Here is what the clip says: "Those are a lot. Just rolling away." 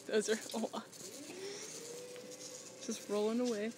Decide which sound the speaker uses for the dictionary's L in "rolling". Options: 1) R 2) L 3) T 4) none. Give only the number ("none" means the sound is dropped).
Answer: 2